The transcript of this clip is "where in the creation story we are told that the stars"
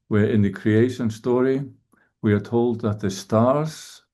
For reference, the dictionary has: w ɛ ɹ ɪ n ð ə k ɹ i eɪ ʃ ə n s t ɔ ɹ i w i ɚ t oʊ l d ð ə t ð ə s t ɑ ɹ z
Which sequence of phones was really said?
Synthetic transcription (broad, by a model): w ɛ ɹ ɪ n ð ə k ɹ i eɪ ʃ ə n s t ɔ ɹ i w i ɚ t oʊ l d ð ə t ð ə s t ɑ ɹ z